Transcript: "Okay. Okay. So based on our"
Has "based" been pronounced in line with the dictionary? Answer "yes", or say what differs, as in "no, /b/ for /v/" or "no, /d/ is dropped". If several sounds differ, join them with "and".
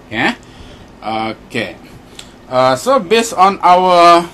no, /t/ is dropped